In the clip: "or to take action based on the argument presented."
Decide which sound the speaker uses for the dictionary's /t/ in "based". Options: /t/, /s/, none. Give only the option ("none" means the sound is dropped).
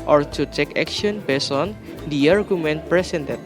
none